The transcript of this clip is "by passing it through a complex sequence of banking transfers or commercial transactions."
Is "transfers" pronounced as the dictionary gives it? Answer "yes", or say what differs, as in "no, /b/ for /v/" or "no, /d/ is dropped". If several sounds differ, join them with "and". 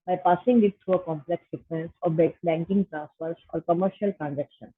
no, /n/ is dropped